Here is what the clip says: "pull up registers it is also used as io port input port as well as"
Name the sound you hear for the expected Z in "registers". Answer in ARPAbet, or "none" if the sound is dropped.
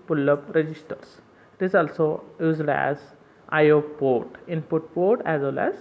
S